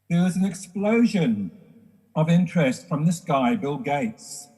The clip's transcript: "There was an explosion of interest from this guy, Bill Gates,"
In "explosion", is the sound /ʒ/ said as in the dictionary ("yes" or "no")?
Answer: yes